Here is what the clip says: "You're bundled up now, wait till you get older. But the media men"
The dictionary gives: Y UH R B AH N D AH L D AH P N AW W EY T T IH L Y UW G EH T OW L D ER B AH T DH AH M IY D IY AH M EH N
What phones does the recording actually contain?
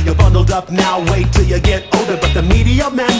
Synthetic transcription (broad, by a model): Y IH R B AH N D L D AH P N AW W EY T T IH L Y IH G EH T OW D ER B AH T DH AH M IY D IY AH M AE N